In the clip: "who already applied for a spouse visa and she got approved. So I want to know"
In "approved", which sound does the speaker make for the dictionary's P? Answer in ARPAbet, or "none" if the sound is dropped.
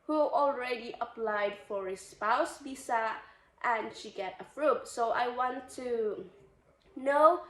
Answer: F